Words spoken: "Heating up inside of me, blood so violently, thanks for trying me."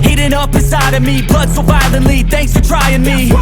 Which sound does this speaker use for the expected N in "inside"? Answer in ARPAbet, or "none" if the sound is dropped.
none